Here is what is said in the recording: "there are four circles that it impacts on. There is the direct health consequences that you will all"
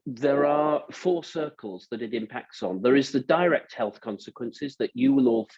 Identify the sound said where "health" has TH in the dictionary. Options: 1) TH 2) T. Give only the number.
1